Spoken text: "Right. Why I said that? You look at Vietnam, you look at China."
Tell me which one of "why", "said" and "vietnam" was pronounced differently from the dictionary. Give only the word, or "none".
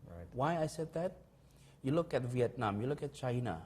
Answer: none